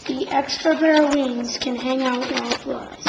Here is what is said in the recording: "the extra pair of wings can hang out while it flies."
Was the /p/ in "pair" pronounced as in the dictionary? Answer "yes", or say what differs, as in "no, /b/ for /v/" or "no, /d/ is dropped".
no, /b/ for /p/